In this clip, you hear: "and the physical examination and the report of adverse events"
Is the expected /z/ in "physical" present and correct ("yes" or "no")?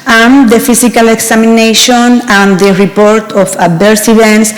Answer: no